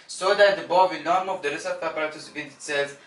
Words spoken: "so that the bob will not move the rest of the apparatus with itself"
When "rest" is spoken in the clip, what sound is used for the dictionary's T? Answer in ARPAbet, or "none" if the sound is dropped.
none